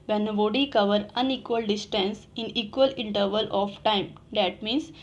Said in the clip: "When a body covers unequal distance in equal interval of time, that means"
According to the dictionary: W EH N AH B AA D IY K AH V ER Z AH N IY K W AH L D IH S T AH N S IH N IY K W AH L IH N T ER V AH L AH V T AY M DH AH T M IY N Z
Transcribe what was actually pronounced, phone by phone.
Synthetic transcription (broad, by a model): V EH N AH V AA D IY K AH V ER AH N IY K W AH L D IH S T AH N S IH N IY K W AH L IH N T ER V AH L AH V T AY M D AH T M IY N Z